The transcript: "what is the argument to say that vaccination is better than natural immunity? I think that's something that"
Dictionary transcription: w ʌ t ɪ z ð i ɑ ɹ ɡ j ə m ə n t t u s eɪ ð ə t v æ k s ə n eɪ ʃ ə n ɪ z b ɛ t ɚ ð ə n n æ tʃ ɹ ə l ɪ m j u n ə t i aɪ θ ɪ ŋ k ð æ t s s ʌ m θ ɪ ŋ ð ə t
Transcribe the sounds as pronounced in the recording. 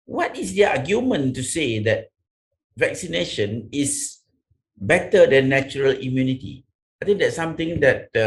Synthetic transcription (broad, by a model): w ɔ t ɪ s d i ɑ ɡ j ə m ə n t t u s eɪ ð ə t v æ k s ə n eɪ ʃ ə n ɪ s b ɛ t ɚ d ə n n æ tʃ ɹ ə l ɪ m j u n ə t i aɪ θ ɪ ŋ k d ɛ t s s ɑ m t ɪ ŋ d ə t